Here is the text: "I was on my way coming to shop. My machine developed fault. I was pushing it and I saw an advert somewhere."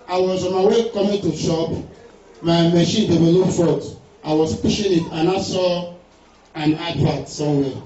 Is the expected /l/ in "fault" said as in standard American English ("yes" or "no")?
no